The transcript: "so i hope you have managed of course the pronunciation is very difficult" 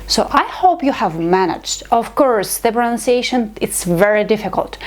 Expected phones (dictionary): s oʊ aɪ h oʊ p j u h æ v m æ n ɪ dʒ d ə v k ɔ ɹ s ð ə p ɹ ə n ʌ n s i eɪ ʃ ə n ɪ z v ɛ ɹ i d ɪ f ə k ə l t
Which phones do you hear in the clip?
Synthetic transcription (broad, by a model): s oʊ aɪ h oʊ p j u h æ v m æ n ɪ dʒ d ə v k ɔ ɹ s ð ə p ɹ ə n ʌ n s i eɪ ʃ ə n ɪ s v ɛ ɹ i d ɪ f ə k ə l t